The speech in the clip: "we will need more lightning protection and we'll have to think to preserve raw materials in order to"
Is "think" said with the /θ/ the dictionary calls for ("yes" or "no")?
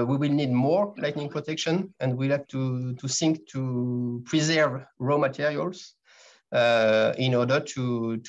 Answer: no